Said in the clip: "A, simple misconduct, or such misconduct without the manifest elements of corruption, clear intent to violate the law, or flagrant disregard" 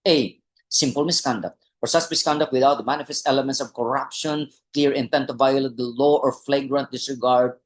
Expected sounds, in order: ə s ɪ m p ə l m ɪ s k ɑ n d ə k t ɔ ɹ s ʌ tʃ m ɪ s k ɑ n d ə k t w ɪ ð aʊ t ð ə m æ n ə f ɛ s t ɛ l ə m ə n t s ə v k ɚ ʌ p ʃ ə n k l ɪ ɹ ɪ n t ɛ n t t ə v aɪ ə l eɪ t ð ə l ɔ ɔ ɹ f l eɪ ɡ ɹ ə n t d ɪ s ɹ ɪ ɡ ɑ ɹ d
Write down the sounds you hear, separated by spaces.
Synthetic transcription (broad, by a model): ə s ɪ m p ə l m ɪ s k ɑ n d ə k t ɔ ɹ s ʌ s m ɪ s k ɑ n d ə k t w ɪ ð aʊ t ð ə m æ n ə f ɛ s t ɛ l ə m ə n t s ə v k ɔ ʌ p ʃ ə n k l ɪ ɹ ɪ n t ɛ n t t ə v aɪ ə l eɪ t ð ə l ɔ ɔ ɹ f l eɪ ɡ ɹ ə n t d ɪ s ɹ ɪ ɡ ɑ ɹ d